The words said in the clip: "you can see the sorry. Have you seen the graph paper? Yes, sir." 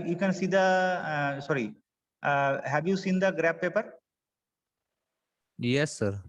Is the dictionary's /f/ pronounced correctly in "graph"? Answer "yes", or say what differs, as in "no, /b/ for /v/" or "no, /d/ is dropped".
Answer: no, /p/ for /f/